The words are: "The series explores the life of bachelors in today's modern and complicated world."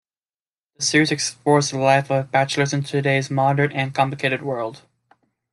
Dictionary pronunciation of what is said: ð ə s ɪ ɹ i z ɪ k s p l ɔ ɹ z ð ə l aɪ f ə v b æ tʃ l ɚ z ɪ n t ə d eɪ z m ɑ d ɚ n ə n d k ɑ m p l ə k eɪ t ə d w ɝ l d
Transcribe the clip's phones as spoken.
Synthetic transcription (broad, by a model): ð ə s ɪ ɹ i z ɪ k s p ɔ ɹ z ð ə l aɪ f ə v b æ tʃ l ɚ z ɪ n t ə d eɪ z m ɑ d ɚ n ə n k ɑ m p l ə k eɪ t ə d w ɝ l d